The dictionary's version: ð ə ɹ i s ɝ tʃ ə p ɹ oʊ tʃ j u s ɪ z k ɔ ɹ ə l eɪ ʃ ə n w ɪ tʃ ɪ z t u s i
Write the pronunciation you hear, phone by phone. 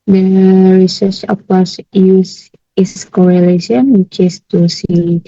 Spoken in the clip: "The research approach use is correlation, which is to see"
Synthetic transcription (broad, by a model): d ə ɹ i s ɝ tʃ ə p oʊ s j u s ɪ s k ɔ ɹ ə l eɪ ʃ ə n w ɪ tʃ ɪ s t u s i